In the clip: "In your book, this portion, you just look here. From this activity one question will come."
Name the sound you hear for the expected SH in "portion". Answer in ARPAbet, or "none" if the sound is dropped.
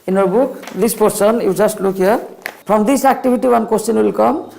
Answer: S